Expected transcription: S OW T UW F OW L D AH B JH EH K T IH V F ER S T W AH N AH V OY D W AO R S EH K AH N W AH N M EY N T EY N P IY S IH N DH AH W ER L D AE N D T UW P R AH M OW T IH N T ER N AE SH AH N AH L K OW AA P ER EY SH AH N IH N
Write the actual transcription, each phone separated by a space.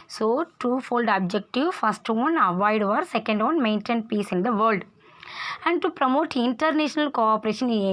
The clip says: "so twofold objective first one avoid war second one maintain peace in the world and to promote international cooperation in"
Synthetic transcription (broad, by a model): S OW T UW F OW L D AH B JH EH K T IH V F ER S T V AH N AH V OY D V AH R S EH K AH N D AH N M EY N T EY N P IY S IH N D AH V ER L D AE N D T UW P R AH M OW T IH N T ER N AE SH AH N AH L K OW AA P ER EY SH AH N N